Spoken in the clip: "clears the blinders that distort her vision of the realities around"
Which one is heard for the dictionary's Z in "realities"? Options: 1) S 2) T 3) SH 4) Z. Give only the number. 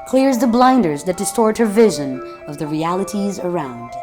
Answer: 4